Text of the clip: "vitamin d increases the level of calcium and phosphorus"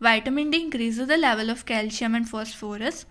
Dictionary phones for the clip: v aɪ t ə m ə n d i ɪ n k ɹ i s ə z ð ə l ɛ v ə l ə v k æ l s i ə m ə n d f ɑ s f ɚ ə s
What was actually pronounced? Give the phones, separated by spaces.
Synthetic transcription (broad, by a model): v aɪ t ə m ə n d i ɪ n k ɹ i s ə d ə l ɛ v ə l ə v k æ l ʃ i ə m ə n d f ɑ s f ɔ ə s